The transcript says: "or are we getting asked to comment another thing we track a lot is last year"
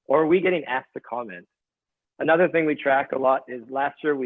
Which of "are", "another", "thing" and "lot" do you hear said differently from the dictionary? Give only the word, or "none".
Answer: none